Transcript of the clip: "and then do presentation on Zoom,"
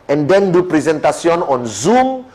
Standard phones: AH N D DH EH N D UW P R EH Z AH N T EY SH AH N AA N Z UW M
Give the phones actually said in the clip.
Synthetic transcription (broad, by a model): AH N D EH N D UW P R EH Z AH N T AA S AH N AA N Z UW M